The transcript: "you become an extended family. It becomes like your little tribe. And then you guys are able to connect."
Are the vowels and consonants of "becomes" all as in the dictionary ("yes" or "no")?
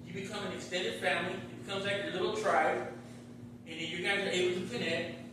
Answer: yes